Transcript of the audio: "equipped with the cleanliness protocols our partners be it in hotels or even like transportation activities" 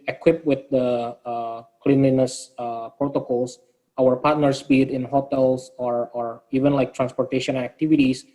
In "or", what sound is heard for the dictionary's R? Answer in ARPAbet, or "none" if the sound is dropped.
R